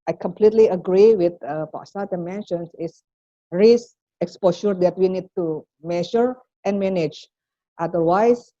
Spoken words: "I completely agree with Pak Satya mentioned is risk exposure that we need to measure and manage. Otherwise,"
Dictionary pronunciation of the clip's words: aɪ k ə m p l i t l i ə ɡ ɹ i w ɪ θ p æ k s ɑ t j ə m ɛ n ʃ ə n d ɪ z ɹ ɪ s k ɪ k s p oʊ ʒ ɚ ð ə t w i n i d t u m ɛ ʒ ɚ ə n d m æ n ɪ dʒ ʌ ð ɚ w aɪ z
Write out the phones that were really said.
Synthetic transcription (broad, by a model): aɪ k ə m p l i t l i ə ɡ ɹ i w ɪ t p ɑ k s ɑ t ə m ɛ n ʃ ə n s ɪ s ɹ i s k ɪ k s p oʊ ʃ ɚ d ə t w i n i d t u m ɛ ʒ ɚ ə n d m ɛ n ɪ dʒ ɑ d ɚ w aɪ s